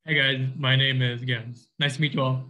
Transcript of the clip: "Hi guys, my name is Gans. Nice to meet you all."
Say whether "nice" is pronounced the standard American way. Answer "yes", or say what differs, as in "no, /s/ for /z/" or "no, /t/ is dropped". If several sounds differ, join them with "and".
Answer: yes